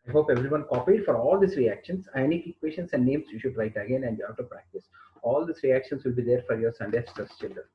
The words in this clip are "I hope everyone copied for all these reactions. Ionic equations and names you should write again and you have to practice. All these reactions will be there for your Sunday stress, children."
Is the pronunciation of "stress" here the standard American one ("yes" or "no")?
no